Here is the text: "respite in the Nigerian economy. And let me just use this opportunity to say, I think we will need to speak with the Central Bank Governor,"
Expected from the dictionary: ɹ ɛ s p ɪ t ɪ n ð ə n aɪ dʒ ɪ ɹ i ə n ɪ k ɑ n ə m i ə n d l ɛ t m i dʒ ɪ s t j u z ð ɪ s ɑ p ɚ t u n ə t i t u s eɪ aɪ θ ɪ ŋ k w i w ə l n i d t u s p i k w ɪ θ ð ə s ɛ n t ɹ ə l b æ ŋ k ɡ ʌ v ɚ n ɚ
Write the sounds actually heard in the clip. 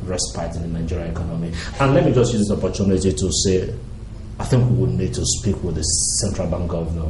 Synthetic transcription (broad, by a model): ɹ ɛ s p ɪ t ɪ n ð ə n aɪ dʒ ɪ ɹ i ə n ɪ k ɑ n ə m i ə n l ɛ t m i dʒ ɪ s t j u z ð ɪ ɑ p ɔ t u n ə t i t u s eɪ aɪ θ ɪ ŋ k w i w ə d n i d t u s p i k w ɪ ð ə s ɛ n t ɹ ə l b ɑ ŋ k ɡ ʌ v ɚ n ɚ